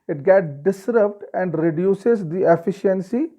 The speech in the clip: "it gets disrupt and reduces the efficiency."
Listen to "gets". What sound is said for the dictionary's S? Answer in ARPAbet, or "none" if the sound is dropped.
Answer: none